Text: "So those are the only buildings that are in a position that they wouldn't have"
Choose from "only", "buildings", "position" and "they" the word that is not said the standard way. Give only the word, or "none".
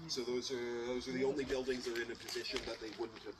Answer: none